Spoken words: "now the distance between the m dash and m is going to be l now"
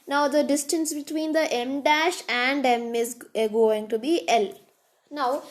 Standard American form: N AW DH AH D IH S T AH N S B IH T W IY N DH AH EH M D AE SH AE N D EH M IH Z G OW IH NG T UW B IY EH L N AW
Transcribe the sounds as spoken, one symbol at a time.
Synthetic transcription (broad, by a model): N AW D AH D IH S T AH N S B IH T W IY N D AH EH M D AE SH AE N D EH M IH Z G OW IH NG T UW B IY EH L N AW